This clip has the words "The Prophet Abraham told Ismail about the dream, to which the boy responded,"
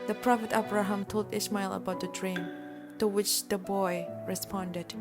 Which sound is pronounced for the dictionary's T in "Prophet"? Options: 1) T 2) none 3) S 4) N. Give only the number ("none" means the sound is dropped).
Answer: 1